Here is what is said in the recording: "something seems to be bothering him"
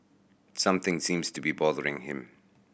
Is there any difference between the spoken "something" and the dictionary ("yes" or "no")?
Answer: no